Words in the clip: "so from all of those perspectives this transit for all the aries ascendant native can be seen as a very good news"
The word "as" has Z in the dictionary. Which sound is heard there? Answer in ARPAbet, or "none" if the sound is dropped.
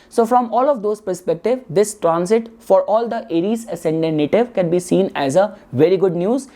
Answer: Z